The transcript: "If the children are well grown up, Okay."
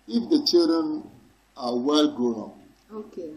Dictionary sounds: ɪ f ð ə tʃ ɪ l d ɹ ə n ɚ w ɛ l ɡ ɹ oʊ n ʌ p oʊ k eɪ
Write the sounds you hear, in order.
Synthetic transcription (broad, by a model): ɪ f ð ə tʃ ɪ l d ɹ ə n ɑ w ɛ l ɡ oʊ ʌ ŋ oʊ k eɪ